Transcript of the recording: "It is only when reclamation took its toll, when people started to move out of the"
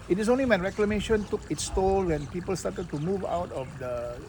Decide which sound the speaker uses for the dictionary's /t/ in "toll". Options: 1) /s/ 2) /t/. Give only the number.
2